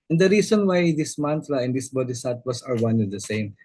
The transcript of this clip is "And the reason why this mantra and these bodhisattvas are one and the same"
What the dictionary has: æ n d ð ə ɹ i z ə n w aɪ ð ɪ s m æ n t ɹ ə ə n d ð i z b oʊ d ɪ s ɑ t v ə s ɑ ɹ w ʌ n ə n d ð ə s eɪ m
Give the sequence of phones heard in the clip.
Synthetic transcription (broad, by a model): n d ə ɹ i s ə n w aɪ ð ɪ s m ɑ n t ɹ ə ə n d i s b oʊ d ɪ s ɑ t w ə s ɑ ɹ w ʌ n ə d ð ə s eɪ m